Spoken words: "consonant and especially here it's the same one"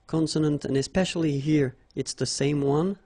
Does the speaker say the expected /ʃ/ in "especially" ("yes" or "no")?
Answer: yes